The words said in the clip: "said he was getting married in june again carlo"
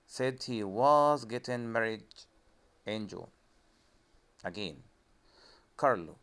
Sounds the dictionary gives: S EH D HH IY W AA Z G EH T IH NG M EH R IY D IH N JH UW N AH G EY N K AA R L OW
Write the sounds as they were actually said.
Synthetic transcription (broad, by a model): S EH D HH IY W AA Z G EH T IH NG M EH R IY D IH N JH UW L AH G EY N K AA R L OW